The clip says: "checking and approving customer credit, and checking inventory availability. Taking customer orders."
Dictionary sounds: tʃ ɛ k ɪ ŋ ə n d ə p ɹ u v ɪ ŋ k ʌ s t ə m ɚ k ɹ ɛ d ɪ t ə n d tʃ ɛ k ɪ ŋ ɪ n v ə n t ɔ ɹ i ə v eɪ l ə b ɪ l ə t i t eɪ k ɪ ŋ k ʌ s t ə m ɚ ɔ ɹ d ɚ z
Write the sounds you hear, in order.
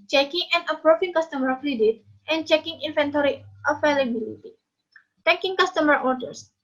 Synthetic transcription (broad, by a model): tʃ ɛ k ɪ ŋ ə n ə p ɹ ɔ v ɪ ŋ k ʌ s t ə m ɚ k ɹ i d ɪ t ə n tʃ ɛ k ɪ ŋ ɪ n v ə n t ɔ ɹ i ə f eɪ l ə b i l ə t i t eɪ k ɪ ŋ k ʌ s t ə m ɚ ɔ ɹ d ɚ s